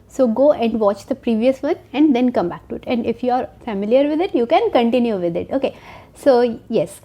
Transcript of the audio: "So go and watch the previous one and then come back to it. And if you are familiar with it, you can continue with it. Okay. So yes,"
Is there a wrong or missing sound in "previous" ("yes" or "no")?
no